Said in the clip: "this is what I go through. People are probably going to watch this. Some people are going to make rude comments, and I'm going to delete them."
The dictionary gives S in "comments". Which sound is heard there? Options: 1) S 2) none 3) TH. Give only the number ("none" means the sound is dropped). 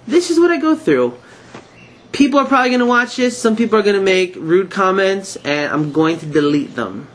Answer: 1